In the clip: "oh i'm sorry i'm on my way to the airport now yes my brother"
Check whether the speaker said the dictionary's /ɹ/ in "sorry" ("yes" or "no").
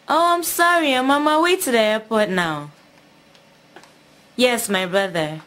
yes